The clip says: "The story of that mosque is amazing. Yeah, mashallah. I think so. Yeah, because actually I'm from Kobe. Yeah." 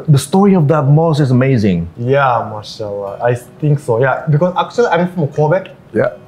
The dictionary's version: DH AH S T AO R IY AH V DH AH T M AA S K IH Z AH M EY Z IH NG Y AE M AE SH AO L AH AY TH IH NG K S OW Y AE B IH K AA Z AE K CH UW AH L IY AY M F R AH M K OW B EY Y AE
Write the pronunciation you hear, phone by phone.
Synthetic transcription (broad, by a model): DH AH S T AO R IY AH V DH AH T M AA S IH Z AH M EY Z IH NG Y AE M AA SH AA L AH AY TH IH NG K S OW Y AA B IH K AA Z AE K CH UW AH L IY AY M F R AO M K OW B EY Y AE